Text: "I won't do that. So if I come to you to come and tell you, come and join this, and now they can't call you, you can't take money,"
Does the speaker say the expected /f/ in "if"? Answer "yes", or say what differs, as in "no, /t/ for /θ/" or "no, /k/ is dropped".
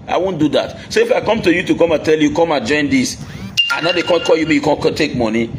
yes